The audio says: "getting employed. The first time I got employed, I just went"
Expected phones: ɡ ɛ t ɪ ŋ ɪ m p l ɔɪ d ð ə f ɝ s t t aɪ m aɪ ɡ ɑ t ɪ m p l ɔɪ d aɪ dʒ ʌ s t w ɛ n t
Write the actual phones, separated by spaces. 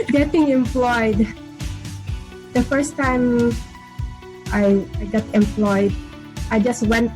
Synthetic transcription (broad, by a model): ɡ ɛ t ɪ ŋ ɪ m p l ɔɪ d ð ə f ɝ s t t aɪ aɪ ɡ ɑ t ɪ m p l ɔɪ d aɪ dʒ ʌ s t w ɛ n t